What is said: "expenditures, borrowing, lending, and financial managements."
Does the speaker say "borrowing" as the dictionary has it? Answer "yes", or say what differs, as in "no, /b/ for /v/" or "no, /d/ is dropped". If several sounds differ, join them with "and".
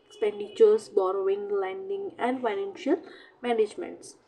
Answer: yes